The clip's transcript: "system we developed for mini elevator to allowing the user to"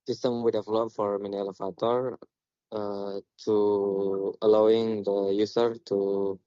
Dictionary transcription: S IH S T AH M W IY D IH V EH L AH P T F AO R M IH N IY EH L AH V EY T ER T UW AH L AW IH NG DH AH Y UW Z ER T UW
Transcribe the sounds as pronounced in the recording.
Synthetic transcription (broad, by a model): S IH S T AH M W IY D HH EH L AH T F AO R M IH N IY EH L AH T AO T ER T UW AH L AW IH NG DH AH Y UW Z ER T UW